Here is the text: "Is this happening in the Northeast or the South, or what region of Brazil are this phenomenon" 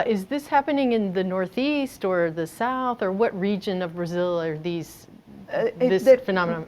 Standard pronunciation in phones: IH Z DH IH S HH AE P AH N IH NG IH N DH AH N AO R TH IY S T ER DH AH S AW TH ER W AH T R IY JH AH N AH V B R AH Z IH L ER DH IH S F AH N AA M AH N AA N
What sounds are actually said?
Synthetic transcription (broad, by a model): IH Z DH IH S HH AE P AH N IH NG IH N DH AH N AO R TH IY S T ER DH AH S AW TH ER W AH T R IY JH AH N AH V B R AH Z IH L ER DH IH S F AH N AA M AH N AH